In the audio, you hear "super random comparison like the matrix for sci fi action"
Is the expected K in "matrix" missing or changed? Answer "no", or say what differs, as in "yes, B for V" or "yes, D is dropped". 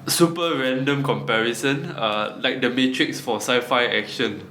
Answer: no